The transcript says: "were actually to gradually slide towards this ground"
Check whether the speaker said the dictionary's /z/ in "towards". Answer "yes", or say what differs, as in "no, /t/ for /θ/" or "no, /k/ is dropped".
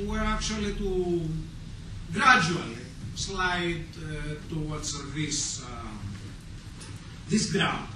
no, /s/ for /z/